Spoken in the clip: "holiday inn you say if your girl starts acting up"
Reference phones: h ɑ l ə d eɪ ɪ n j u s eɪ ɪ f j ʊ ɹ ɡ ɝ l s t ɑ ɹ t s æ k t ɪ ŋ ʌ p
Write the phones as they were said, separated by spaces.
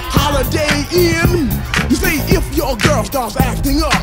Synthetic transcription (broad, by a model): h ɑ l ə d eɪ ɪ n j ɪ s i ɪ f j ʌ ɹ ɡ ɝ l s t ɑ ɹ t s æ k t ɪ ŋ ʌ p